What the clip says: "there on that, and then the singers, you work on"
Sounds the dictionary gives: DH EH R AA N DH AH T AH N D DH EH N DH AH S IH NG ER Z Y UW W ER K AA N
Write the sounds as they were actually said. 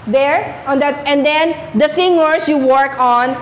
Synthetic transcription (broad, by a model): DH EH R AA N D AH T AH N D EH N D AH S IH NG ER S Y UW W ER K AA N